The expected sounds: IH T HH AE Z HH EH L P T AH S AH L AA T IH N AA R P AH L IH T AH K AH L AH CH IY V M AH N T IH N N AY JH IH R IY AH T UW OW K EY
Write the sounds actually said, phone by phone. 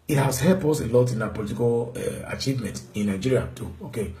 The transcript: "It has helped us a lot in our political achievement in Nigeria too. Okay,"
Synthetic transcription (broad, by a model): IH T HH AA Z HH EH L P AO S AH L AA T IH N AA P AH L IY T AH K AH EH AH CH IY V M AH N T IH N N AY JH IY R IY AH T UW OW K EY